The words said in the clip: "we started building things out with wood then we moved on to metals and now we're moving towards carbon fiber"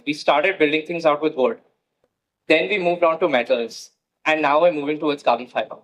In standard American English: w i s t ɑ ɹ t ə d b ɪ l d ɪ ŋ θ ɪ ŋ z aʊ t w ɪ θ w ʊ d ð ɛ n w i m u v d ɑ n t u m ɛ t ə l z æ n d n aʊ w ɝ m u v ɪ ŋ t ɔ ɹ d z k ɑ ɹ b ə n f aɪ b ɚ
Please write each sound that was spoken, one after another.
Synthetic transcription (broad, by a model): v i s t ɑ ɹ t ə d b ɪ l d ɪ ŋ t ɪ ŋ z aʊ t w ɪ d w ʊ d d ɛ n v i m u v d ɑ n t u m ɛ t ə l z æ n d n aʊ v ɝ m u v ɪ ŋ t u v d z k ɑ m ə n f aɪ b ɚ